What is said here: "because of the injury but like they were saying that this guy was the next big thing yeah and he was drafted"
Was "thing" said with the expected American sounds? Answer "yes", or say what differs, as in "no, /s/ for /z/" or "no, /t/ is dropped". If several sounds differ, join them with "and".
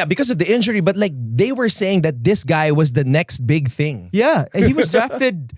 yes